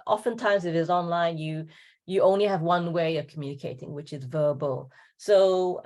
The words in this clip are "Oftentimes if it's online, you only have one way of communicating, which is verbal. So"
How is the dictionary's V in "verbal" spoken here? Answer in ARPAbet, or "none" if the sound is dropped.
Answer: V